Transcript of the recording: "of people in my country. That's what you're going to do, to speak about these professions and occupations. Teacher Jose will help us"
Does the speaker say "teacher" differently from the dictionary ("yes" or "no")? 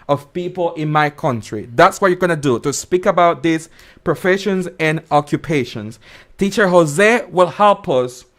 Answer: no